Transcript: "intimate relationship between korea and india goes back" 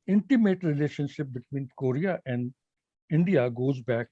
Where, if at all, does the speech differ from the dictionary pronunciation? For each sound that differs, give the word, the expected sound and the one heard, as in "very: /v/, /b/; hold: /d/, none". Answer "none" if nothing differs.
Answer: none